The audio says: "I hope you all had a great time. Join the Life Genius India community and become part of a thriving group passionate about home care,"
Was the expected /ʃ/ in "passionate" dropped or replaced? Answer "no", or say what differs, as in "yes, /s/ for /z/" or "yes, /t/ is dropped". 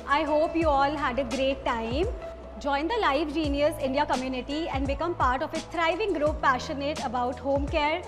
no